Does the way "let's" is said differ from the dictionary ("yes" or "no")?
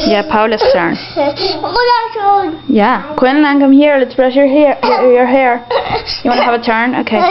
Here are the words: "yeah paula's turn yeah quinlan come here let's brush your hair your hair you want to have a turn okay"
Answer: no